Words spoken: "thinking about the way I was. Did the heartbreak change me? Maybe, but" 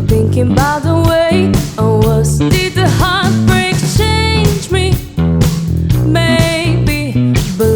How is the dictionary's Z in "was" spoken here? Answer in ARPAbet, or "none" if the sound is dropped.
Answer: S